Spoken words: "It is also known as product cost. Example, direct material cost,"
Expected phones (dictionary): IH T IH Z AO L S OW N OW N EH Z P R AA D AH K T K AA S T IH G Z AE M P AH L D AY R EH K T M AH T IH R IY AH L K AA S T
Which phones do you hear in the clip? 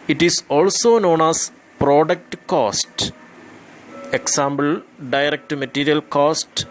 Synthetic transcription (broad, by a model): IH T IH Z AO L S OW N OW N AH S P R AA D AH K T K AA S T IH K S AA M B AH L D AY R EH K T M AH T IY R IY AH L K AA S T